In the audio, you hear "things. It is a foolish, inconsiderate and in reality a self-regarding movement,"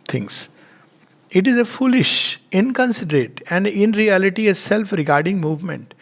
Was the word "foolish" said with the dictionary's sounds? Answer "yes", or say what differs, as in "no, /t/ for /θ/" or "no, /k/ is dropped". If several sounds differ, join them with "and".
yes